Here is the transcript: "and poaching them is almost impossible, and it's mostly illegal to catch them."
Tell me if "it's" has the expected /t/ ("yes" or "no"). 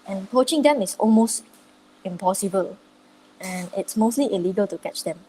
yes